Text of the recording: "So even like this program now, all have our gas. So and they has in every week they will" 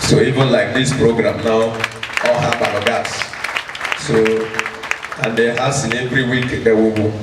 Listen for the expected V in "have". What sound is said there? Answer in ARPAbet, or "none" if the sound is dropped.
B